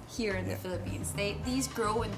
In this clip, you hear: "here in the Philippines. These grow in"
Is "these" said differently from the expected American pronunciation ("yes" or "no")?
no